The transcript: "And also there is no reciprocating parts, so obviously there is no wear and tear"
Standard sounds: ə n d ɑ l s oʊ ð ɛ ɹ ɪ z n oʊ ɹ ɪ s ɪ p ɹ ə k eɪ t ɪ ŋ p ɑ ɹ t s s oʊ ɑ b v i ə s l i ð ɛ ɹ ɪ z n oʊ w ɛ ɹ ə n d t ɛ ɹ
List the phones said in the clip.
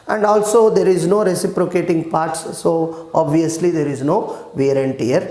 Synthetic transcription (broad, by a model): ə n d ɑ l s oʊ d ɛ ɹ ɪ z n oʊ ɹ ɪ s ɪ p ɹ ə k eɪ t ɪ ŋ p ɑ ɹ t s s oʊ ɑ b v i ə s l i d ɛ ɹ ɪ z n oʊ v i ɹ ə n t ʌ ɹ